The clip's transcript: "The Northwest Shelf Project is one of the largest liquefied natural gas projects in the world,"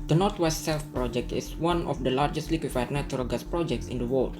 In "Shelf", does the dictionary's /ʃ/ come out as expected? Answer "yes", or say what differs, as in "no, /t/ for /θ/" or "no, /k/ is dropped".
no, /s/ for /ʃ/